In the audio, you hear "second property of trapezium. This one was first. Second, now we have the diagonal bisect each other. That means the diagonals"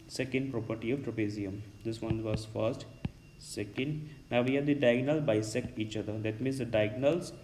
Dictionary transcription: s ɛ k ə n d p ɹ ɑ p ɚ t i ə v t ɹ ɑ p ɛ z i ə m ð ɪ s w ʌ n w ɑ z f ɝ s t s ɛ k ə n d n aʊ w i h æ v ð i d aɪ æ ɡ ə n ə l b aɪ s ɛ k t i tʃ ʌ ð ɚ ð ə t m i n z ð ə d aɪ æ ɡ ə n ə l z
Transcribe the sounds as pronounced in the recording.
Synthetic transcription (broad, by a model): s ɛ k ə n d p ɹ ɑ p ɚ t i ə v t ɹ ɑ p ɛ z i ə m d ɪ s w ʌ n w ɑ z f ɝ s t s ɛ k ə n d n aʊ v i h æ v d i d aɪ ɡ n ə l b aɪ s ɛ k i tʃ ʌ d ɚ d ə t m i n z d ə d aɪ ɡ n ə l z